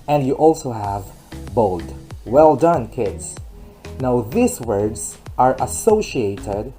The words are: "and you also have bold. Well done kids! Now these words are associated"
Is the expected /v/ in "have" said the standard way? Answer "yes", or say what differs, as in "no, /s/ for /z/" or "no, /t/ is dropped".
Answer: yes